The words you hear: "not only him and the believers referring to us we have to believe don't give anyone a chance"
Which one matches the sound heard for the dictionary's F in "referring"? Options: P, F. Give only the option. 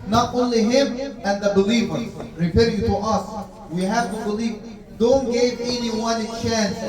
P